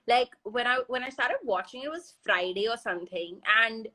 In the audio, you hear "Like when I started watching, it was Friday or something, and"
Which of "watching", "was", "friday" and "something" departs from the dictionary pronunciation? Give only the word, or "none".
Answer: none